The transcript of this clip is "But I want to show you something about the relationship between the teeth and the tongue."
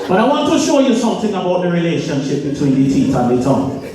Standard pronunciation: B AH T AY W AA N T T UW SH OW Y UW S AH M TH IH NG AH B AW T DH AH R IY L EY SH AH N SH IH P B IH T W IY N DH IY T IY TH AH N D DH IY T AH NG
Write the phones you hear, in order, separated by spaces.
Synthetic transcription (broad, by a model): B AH T AY W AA N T T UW SH OW Y UW S AH M TH IH NG AH B AW T DH AH R IY L EY SH AH N SH IH P B IH T W IY N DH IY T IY T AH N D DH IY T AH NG